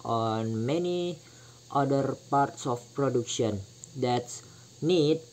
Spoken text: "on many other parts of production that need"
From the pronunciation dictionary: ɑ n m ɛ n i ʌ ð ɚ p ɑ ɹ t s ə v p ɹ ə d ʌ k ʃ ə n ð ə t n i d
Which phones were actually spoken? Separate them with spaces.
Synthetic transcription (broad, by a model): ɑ n m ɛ n i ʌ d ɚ p ɑ ɹ t s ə f p ɹ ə d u k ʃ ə n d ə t n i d